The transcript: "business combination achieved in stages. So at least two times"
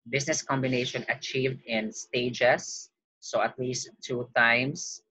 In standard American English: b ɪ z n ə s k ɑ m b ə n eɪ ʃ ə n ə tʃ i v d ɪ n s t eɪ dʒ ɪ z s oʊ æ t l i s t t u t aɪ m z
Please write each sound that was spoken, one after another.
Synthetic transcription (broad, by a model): b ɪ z n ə s k ɑ m b ə n eɪ ʃ ə n ə tʃ i v d ɪ n s t eɪ dʒ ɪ s oʊ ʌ t l i s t t u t aɪ m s